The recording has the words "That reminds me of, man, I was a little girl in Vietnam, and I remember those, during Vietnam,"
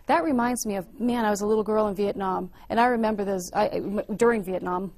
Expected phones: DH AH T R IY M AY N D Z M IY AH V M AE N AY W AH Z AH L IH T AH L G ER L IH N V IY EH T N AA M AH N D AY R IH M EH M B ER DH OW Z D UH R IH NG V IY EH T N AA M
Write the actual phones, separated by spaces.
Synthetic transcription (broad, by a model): DH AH T R IY M AY N D Z M IY AH V M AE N AY W AH Z AH L IH T L G ER L IH N V IY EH T N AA M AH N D AY R IH M EH M B ER DH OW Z D UH R IH NG V IY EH T N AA M